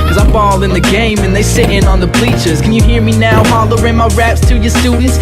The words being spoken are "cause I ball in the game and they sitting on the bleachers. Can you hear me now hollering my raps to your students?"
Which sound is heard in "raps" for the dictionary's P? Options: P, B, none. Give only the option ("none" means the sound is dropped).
P